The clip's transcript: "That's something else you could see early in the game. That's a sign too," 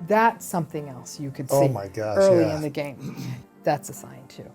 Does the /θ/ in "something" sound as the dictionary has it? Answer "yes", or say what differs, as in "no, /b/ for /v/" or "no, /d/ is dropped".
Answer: yes